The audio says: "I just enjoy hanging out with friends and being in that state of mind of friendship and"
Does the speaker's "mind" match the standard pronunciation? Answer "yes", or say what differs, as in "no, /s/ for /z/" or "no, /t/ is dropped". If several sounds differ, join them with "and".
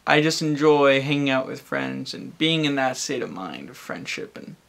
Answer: yes